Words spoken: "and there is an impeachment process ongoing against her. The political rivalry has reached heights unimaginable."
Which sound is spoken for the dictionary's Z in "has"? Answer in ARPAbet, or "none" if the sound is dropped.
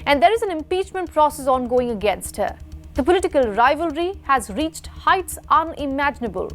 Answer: Z